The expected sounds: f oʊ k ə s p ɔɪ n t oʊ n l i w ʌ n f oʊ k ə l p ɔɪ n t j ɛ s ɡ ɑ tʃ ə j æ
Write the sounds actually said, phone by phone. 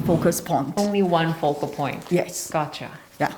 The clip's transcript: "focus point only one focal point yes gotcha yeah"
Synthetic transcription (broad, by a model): f oʊ k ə s p ɔɪ n t oʊ n l i w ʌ n f oʊ k ə l p ɔɪ n t j ɛ s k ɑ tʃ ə j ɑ